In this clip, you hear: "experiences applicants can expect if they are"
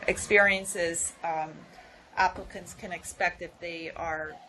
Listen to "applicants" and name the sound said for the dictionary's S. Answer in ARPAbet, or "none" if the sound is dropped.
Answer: S